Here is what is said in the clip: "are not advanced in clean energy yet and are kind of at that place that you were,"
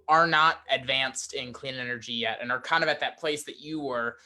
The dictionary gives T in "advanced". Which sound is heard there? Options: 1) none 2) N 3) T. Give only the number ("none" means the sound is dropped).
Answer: 3